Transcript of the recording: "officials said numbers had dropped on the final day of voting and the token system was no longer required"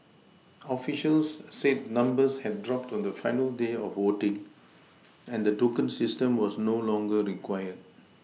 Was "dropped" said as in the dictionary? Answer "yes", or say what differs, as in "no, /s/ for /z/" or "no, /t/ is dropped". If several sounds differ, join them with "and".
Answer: yes